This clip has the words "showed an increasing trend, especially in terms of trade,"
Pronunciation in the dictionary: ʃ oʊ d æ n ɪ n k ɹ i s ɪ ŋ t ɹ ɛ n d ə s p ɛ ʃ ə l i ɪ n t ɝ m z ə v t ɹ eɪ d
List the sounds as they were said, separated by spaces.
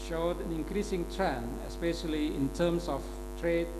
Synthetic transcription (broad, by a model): ʃ oʊ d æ n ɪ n k ɹ i s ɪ ŋ t ɹ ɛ n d ə s p ɛ ʃ ə l i ɪ n t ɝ m s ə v t ɹ eɪ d